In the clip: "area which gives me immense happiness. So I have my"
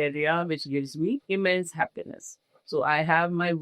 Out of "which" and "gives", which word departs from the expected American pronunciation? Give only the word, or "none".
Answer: none